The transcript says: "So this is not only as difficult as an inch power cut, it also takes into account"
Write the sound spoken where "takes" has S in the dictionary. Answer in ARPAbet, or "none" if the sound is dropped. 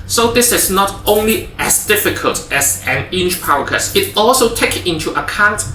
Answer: none